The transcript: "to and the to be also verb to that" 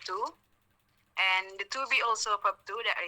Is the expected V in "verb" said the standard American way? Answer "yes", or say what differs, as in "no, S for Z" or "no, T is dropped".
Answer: no, P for V